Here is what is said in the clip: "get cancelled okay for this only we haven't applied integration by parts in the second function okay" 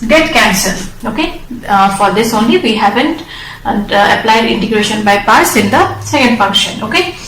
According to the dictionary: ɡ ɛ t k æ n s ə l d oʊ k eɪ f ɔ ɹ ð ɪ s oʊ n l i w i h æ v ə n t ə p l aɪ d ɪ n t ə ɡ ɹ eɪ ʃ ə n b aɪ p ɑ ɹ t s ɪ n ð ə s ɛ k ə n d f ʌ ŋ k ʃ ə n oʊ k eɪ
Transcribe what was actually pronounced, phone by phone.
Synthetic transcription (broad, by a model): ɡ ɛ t k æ n s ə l oʊ k eɪ f ɔ ɹ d ɪ s oʊ n l i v i h æ v ə n t ə p l aɪ d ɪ n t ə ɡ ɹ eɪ ʃ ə n b aɪ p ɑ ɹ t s ɪ n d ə s ɛ k ə n d f ʌ ŋ k ʃ ə n oʊ k eɪ